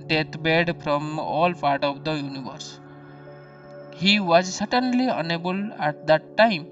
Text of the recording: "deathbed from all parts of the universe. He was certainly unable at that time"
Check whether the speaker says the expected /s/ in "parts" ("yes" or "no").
no